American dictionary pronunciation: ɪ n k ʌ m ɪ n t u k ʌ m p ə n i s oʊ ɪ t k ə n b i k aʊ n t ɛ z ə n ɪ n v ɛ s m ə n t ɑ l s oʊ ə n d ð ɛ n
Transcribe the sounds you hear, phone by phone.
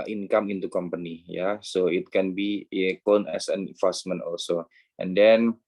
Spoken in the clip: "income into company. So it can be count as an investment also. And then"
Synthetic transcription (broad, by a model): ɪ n k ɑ m ɪ n t u k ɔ m p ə n i s oʊ ɪ t k ə n b i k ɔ n ɛ s ə n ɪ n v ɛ s m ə n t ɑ l s oʊ ə n d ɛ n